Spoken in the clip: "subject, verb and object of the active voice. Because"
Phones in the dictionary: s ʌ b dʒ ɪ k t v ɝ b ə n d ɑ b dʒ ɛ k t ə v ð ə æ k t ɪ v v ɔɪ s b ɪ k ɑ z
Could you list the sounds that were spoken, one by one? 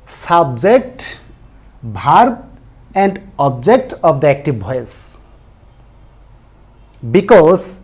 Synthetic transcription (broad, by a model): s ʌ b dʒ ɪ k t b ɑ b ə n d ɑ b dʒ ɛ k t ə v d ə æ k t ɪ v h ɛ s b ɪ k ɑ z